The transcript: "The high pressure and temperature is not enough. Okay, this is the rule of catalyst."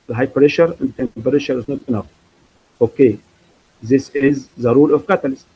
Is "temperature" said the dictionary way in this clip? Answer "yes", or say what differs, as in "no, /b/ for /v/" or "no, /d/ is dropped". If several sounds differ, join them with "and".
no, /ʃ/ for /tʃ/